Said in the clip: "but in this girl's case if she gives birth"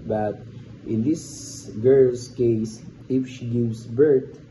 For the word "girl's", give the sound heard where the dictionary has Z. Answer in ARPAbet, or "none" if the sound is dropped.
S